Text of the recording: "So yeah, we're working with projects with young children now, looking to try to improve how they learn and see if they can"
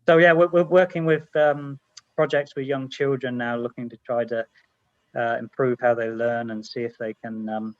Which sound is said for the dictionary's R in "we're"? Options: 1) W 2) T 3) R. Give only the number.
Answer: 1